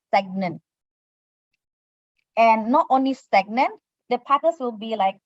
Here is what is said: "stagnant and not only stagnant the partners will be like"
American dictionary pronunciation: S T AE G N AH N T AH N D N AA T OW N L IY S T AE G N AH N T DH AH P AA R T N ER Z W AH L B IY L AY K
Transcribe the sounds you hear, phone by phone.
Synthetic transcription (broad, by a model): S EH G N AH N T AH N N AA T OW N L IY S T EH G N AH N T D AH P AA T ER S W AH L B IY L AY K